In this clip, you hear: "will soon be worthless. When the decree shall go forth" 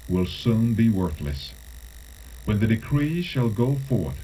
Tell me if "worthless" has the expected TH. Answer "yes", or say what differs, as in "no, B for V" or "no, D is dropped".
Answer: yes